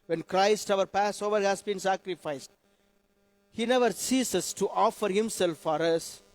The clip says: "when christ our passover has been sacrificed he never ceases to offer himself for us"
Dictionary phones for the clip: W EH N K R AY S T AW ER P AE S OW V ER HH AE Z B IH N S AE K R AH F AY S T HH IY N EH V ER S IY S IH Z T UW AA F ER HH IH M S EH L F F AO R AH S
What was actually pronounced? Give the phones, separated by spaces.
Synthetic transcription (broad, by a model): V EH N K R AY S T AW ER P AE S OW V ER HH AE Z B IH N S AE K R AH F AY S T HH IY N EH V ER S IY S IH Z T UW AA F ER HH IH M S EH L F F AO R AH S